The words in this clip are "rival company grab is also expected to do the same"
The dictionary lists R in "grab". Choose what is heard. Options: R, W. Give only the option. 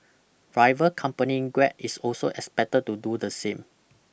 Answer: W